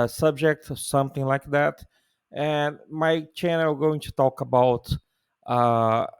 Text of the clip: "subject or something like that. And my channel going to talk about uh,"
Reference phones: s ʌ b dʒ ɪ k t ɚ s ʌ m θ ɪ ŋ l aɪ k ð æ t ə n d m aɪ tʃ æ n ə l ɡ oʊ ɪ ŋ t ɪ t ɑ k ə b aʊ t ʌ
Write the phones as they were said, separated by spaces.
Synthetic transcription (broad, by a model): s ʌ b dʒ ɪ k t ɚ s ʌ m θ ɪ ŋ l aɪ k ð æ t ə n m aɪ tʃ æ n ə l ɡ oʊ ɪ ŋ t ɪ t ɑ k ə b aʊ t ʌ